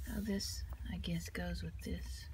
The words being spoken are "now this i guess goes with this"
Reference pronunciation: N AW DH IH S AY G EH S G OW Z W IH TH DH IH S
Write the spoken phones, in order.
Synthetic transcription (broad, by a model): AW DH IH S AY G EH S G OW Z W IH DH IH S